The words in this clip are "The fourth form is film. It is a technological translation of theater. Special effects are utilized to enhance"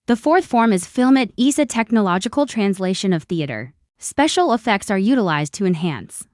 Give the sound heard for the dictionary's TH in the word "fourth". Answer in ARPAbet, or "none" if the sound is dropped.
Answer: TH